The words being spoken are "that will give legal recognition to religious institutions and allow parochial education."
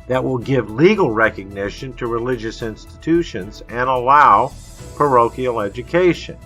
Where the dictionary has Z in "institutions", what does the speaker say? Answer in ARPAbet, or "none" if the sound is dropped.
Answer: Z